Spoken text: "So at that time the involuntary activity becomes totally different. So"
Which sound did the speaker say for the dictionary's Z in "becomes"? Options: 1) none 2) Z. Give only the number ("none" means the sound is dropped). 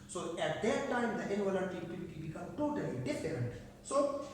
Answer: 1